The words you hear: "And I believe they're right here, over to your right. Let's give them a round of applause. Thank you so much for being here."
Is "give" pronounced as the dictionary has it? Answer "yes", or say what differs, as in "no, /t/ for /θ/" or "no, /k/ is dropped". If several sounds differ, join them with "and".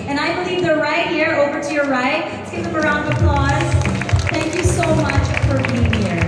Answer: no, /p/ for /v/